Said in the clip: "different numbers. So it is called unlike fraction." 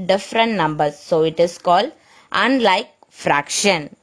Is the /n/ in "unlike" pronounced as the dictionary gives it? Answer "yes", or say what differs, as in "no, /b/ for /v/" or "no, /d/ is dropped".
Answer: yes